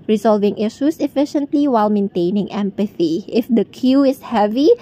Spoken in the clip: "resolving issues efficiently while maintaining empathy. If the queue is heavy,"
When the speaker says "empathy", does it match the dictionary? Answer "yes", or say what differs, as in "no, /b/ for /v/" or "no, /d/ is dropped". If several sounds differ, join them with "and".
yes